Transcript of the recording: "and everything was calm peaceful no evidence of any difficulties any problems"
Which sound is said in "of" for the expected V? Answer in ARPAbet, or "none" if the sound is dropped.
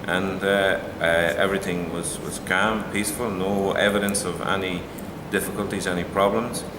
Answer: V